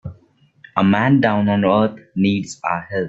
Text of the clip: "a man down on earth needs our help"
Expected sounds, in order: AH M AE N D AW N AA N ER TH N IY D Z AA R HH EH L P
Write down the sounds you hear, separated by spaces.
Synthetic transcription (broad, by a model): AH M AE N D AW N AA N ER T N IY D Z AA HH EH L